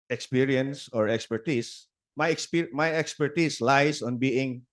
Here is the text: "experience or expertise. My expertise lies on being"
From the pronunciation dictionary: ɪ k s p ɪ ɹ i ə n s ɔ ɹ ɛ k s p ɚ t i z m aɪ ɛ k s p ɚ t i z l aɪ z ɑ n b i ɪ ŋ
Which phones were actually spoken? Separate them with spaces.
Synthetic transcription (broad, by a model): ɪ k s p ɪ ɹ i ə n s ɔ ɹ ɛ k s p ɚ t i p m aɪ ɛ k s p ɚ t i s l aɪ s ɑ n b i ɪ ŋ